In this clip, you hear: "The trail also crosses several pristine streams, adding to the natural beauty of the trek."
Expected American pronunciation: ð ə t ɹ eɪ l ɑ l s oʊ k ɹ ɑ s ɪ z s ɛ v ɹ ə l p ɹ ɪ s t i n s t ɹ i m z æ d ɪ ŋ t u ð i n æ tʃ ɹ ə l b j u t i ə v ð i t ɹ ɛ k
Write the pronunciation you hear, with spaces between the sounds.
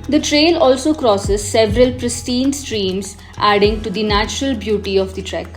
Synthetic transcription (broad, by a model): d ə t ɹ eɪ l ɑ l s oʊ k ɹ ɑ s ɪ z s ɛ v ɹ ə l p ɹ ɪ s t i n s t ɹ i m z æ d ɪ ŋ t u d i n æ tʃ ɹ ə l b j u t i ə v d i t ɹ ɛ k